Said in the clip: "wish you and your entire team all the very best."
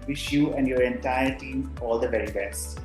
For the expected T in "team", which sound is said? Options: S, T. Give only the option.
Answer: T